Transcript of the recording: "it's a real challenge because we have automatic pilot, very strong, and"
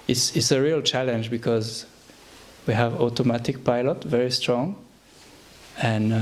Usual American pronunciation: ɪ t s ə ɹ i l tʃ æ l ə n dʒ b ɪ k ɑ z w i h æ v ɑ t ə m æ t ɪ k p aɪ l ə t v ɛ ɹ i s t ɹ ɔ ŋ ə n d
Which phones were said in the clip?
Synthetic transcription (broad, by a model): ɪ t s ə ɹ i l tʃ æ l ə n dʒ b ɪ k ɑ z w i h æ v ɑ t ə m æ t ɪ k p aɪ l ə t v ɛ ɹ i s t ɹ ɔ ŋ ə n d